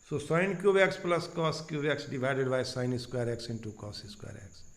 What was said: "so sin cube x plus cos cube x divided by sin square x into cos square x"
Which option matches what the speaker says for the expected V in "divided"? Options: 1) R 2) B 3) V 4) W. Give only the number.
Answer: 2